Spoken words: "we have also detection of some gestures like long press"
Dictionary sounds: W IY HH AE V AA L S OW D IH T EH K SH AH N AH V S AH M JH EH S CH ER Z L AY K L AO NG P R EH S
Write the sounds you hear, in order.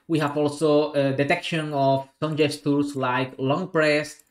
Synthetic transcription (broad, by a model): W IY HH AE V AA L S OW D IH T EH K SH AH N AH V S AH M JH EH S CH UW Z L AY K L AO NG P R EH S